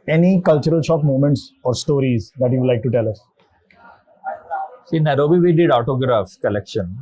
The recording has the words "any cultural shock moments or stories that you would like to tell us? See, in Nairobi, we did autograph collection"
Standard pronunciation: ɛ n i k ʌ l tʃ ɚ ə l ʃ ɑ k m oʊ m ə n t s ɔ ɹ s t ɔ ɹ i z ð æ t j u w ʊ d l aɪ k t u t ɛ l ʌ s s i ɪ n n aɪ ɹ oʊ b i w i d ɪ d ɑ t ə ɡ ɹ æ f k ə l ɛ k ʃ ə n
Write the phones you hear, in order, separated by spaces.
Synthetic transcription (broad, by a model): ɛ n i k ʌ l tʃ ɚ ə l ʃ ɑ k m oʊ m ə n t s ɔ ɹ s t ɔ ɹ i z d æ t j u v l aɪ k t u t ɛ l ʌ s s i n n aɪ ɹ oʊ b i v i d ɪ d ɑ t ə ɡ ɹ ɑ f k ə l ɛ k ʃ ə n